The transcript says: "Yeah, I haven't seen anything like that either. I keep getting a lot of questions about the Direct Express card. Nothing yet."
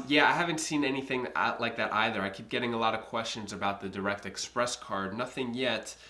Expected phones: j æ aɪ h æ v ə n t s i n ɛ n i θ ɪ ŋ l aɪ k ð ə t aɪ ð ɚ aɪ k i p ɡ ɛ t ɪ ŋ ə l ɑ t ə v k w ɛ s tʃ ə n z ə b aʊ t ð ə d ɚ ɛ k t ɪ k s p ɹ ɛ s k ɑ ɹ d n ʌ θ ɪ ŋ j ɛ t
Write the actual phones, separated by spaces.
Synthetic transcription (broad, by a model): j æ aɪ h æ v ə n t s i n ɛ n i θ ɪ ŋ l aɪ k ð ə t aɪ ð ɚ aɪ k i p ɡ ɛ t ɪ ŋ ə l ɑ t ə v k w ɛ s tʃ ə n z ə b aʊ t ð ə d ɚ ɛ k t ɪ k s p ɹ ɛ s k ɑ ɹ d n ʌ θ ɪ ŋ j ɛ t